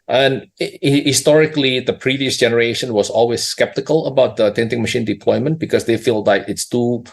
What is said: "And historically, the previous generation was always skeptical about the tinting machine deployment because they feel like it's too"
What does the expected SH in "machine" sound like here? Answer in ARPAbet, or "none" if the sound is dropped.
SH